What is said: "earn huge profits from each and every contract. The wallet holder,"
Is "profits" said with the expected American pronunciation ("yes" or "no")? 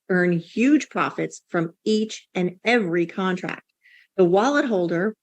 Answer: yes